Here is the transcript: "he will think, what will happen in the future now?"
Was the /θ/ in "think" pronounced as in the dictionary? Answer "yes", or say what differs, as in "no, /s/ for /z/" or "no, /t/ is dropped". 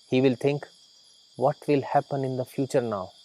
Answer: no, /t/ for /θ/